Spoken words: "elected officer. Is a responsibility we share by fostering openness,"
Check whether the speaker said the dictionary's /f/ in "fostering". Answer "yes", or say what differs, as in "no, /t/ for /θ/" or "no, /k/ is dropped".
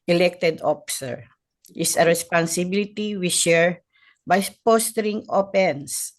no, /p/ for /f/